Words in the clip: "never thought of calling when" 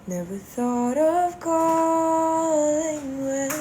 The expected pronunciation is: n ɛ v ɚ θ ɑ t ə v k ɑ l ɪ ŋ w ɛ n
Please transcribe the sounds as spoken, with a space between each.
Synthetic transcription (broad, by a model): n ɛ v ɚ θ ɑ t ə v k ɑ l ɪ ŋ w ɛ